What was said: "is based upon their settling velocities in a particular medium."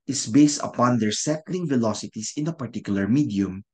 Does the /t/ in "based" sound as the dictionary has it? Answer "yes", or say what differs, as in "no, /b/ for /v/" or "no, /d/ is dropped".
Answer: yes